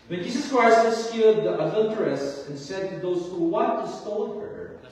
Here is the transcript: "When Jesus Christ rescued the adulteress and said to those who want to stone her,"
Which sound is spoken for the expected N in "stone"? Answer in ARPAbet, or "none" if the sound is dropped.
L